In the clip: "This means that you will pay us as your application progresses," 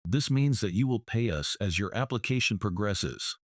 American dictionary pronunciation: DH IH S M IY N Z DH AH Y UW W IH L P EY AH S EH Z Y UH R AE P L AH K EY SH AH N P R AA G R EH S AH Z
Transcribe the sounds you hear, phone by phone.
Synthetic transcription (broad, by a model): DH IH S M IY N Z DH AH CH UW W IH L P EY AH S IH Z Y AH R AE P L AH K EY SH AH N P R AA G R EH S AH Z